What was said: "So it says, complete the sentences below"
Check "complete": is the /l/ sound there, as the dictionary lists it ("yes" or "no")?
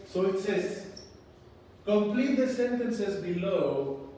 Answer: yes